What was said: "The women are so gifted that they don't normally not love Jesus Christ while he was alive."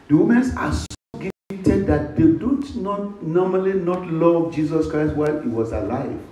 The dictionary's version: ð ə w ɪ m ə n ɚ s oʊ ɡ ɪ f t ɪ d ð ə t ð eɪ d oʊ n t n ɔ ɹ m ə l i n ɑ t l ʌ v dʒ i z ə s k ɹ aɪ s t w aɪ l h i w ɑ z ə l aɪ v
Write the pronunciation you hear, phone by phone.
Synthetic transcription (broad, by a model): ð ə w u m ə n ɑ s oʊ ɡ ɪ t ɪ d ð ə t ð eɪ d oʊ n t n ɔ m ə l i n ɑ t l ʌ v dʒ i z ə s k ɹ aɪ s t w aɪ l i w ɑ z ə l aɪ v